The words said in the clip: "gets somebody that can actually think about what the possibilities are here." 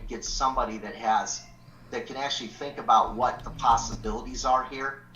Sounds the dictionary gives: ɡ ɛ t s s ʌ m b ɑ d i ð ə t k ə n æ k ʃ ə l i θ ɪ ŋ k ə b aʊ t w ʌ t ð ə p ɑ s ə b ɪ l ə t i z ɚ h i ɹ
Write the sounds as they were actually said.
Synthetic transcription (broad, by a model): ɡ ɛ t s s ʌ m b ɑ d i ð ə t k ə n æ k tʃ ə l i θ ɪ ŋ k ə b aʊ t w ʌ t ð ə p ɑ s ə b ɪ l ə t i z ɚ h i ɹ